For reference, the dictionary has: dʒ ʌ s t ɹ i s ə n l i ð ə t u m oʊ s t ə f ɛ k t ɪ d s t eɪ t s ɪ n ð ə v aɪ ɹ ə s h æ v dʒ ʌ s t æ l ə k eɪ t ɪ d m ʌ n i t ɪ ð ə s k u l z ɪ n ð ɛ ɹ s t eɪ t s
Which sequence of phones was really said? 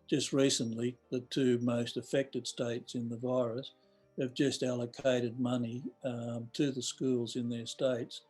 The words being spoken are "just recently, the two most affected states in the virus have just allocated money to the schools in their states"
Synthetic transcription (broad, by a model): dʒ ʌ s t ɹ i s ə n l i ð ə t u m oʊ s t ə f ɛ k t ɪ d s t eɪ t s ɪ n ð ə v aɪ ɹ ə s h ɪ v dʒ ʌ s t æ l ə k eɪ t ɪ d m ʌ n i t ɪ ð ə s k u l z ɪ n ð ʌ ɹ s t eɪ t s